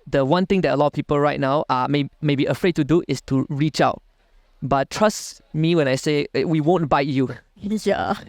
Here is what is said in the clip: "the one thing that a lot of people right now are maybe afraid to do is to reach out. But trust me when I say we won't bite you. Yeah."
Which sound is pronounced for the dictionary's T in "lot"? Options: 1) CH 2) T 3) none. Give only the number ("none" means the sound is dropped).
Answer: 3